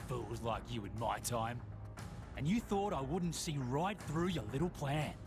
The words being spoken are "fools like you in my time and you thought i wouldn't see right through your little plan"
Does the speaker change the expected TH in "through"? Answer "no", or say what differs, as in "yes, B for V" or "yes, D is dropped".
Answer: no